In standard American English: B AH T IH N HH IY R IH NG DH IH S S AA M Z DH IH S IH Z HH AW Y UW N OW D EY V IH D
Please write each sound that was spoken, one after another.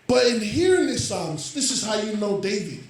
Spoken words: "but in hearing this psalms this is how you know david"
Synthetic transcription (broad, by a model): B AH T IH N HH IY R IH NG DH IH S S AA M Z DH IH S IH Z HH AW Y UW N OW D EY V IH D